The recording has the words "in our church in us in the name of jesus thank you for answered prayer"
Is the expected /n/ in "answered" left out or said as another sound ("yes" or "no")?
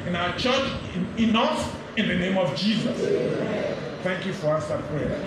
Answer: yes